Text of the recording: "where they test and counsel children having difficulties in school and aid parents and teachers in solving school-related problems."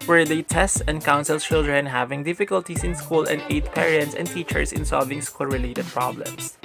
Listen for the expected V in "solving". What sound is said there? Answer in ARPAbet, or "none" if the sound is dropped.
V